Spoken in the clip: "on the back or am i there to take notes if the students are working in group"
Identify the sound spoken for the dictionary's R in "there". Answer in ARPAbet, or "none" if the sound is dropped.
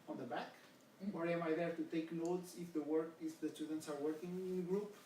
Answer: R